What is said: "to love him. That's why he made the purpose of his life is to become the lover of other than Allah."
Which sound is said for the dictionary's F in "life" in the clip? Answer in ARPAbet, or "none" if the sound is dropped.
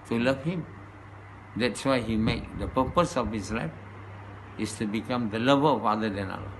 F